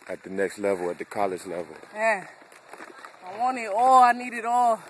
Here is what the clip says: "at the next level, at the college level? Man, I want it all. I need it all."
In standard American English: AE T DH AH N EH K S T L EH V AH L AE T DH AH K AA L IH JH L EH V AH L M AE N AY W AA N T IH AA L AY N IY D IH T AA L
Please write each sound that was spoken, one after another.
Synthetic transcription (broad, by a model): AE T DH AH N EH K S T L EH V AH L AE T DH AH K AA L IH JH L EH V AH L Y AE AY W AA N IH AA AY N IY D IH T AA